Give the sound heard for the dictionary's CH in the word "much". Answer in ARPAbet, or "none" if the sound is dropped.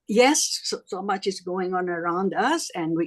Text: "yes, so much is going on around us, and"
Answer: CH